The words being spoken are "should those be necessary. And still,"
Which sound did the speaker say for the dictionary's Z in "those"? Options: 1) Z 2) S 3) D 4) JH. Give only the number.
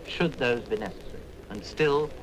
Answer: 1